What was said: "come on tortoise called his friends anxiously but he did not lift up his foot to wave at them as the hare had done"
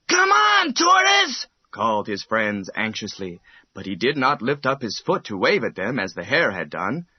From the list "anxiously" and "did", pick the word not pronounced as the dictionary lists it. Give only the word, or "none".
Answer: none